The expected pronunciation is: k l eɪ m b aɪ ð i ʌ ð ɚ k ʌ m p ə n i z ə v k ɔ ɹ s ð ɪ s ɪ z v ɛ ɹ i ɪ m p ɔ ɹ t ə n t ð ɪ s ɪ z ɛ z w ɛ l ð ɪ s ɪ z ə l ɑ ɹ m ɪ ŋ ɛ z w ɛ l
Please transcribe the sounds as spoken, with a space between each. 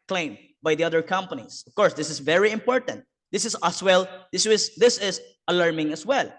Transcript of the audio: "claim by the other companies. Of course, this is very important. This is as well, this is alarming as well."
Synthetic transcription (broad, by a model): k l eɪ m b aɪ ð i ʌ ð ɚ k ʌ m p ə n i s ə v k ɔ ɹ s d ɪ s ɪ s v ɛ ɹ i ɪ m p ɔ ɹ t ə n t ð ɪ s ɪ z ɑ s w ɛ l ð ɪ s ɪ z ə l ɑ ɹ m ɪ ŋ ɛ s w ɛ l